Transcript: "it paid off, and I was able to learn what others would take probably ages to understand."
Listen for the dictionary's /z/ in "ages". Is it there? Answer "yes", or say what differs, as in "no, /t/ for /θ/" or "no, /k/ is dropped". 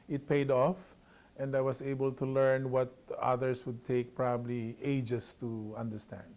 no, /s/ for /z/